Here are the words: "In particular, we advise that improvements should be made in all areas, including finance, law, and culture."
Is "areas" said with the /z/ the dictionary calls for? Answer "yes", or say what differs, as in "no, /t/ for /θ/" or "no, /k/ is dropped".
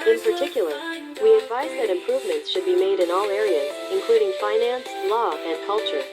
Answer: yes